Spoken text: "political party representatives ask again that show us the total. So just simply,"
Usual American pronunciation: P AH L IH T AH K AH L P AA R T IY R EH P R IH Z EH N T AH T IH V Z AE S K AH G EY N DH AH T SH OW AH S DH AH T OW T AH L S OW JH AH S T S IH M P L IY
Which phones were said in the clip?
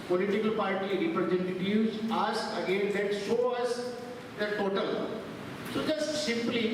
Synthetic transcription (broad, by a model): P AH L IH T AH K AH L P AA R T IY R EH P R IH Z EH N T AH T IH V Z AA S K AH G EY N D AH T S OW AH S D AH T OW T AH L S OW JH AH S T S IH M P L IY